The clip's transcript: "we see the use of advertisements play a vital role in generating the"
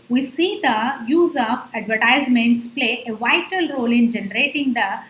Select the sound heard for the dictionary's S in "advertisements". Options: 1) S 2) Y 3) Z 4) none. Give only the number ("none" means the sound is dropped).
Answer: 1